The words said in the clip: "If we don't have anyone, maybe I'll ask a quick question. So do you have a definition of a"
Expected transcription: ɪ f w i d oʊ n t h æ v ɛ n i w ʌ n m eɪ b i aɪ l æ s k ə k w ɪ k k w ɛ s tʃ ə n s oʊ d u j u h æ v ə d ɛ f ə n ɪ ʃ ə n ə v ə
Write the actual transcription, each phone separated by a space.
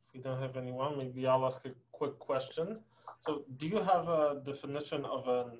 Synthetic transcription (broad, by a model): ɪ f w i d oʊ n t h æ v ɛ n i w ʌ n m eɪ b i aɪ l æ s k ə k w ɪ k k w ɛ s tʃ ə n s oʊ d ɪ j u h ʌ v ə d ɛ f ə n ɪ ʃ ə n ə v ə